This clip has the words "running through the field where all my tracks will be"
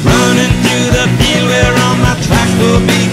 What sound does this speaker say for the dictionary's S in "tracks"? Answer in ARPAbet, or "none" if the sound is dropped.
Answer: none